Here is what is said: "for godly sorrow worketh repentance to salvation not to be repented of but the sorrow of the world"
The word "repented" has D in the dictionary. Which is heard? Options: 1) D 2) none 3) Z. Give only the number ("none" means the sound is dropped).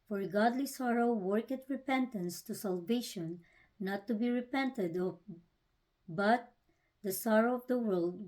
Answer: 1